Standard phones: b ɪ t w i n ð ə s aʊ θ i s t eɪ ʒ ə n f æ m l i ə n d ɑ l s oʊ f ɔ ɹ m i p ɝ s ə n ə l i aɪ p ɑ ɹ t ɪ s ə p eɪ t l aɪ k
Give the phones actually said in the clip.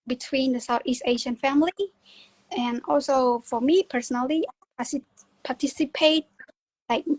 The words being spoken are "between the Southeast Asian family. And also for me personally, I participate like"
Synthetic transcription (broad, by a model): b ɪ t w i n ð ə s aʊ θ i s t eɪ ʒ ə n f æ m l i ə n ɑ l s oʊ f ɔ ɹ m i p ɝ s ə n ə l i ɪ p ɑ ɹ t ɪ s ə p eɪ t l aɪ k